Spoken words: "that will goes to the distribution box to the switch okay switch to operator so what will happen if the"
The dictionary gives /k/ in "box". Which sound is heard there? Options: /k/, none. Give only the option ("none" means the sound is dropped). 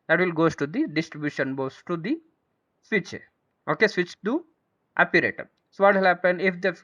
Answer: none